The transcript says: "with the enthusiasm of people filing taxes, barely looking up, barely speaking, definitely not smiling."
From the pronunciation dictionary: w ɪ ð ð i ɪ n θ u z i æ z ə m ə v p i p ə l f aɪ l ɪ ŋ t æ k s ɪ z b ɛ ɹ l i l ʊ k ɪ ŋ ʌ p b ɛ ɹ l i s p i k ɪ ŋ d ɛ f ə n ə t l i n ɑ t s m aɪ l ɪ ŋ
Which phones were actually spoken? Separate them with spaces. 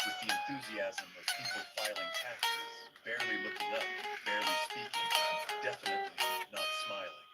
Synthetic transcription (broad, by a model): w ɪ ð ð i ɪ n θ u z i æ z ə m ə v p i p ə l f aɪ l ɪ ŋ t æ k ɪ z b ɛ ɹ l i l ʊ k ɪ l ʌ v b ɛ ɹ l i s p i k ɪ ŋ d ɛ f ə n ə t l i n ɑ t s m aɪ l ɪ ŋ